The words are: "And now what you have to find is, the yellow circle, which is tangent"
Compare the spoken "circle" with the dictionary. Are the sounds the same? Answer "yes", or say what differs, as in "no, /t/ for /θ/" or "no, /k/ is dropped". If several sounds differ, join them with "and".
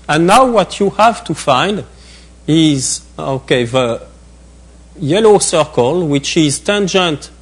yes